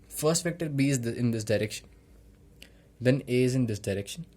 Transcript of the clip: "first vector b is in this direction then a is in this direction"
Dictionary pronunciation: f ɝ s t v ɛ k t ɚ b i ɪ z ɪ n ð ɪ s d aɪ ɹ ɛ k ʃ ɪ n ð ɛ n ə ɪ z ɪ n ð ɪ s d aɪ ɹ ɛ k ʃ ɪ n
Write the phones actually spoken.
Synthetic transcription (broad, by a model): f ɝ s t f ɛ k t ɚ b i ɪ ɪ n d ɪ s d aɪ ɹ ɛ k ʃ ɪ n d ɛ n ə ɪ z ɪ n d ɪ s d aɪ ɹ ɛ k ʃ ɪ n